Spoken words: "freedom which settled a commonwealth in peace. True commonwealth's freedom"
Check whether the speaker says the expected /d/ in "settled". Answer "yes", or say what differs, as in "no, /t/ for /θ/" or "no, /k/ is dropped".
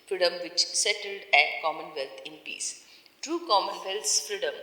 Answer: yes